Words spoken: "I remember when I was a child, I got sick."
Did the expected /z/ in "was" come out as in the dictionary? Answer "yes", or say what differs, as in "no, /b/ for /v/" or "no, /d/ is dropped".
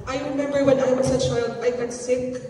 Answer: no, /s/ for /z/